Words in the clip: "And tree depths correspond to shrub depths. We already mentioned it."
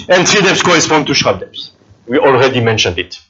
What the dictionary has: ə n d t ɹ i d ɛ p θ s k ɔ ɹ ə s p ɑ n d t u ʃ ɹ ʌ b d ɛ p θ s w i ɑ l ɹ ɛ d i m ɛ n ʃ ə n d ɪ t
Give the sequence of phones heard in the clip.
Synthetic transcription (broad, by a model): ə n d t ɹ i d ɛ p s k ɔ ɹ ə s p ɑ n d t u ʃ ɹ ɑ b d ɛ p s w i ɑ l ɹ ɛ d i m ɛ n ʃ ə n d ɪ t